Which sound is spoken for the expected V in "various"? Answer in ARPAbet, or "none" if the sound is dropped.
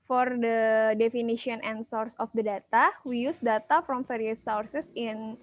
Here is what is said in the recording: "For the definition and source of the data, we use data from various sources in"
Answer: F